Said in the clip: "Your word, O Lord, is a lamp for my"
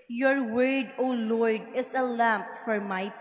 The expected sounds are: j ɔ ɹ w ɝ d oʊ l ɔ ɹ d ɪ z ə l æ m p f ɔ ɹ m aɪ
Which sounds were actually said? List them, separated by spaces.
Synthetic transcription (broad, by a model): j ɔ ɹ w ɝ d oʊ l ɔ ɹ d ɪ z ə l æ m p f ɔ ɹ m aɪ